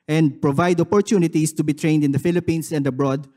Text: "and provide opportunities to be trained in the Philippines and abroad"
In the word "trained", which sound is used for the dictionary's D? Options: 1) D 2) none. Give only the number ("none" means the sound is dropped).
1